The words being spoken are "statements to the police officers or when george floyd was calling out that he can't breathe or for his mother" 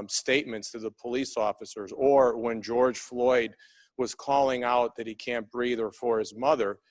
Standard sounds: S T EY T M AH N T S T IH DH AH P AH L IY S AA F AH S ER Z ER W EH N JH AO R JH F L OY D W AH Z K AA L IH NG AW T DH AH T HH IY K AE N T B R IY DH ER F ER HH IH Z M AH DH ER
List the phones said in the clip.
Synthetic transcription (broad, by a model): S T EY T M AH N T S T IH DH AH P AH L IY S AA F AH S ER Z ER W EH N JH AO R JH F L OY D W AH Z K AA L IH NG AW T DH AH T HH IY K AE N B R IY DH ER F ER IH Z M AH DH ER